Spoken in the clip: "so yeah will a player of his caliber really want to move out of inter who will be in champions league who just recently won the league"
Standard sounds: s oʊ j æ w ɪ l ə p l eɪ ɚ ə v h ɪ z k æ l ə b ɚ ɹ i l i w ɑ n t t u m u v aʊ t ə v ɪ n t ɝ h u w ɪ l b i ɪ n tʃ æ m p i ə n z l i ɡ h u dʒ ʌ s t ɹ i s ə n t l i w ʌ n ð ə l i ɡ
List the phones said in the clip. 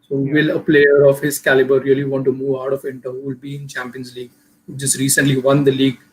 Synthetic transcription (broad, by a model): s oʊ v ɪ l ə p l eɪ ɚ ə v h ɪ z k æ l ə b ɚ ɹ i l i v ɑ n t t u m u v aʊ t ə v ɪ n t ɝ h u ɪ l b i ɪ n tʃ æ m p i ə n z l i ɡ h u dʒ ʌ s t ɹ i s ə n t l i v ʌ n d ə l i ɡ